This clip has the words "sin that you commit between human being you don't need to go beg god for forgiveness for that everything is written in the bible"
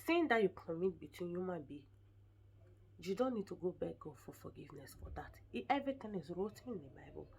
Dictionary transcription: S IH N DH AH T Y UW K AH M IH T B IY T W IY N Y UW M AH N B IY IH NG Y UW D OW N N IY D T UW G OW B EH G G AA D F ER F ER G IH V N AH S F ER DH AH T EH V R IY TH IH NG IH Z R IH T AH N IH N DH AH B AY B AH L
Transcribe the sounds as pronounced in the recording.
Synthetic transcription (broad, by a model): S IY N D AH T Y UW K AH M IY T B IY T W IY N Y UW M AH N B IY Y UW D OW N N IY D T UW G OW B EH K G AA D F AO F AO G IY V N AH S F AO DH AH T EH V R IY T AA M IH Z R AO T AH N IH N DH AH B AY B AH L